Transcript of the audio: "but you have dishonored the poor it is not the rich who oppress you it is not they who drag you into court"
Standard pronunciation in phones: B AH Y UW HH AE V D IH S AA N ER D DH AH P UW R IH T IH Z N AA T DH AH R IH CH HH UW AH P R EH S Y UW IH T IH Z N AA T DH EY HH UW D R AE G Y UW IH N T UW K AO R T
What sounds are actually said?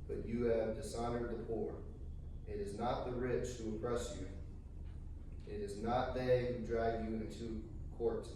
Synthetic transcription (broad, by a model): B AH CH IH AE V D IH S AA N ER D DH AH P UW R IH T IH Z N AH T DH AH R IH CH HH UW AH P R EH S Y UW IH T IH Z N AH T DH EY HH UW D R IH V Y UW IH N T UW K AO R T